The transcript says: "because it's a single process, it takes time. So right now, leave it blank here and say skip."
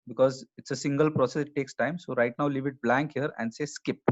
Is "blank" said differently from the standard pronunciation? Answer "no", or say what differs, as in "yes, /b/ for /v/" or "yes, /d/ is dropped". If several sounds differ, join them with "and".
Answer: no